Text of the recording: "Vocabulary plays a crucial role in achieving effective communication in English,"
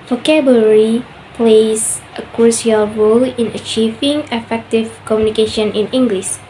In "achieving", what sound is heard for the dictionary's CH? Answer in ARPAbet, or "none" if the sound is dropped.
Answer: CH